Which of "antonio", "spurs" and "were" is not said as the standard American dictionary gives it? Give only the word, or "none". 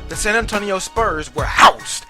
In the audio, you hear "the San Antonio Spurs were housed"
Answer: none